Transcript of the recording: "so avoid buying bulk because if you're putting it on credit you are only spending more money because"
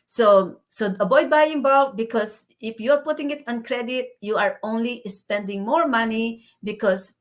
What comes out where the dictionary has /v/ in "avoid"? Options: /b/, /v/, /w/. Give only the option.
/b/